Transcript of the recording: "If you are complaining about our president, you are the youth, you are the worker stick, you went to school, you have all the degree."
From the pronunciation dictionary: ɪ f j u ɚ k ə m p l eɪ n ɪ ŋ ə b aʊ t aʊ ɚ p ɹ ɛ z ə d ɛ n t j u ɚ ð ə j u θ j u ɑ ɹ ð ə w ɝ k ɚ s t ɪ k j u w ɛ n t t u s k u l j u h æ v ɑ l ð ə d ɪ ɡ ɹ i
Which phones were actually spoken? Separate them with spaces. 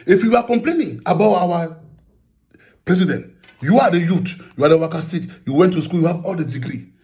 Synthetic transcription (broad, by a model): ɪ f j u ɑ k ə m p l eɪ n ɪ ŋ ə b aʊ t aʊ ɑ p ɹ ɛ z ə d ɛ n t j u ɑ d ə j u t j u ɑ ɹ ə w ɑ k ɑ s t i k j u w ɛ n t t u s k u l j u h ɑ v ɑ l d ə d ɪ ɡ ɹ i